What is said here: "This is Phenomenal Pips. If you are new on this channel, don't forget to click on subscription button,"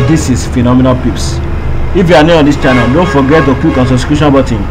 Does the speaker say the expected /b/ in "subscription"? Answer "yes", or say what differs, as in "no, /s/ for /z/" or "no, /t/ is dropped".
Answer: no, /b/ is dropped